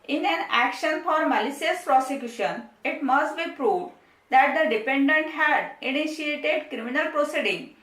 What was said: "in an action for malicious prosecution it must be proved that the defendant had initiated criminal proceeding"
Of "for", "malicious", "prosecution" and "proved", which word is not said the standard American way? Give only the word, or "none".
malicious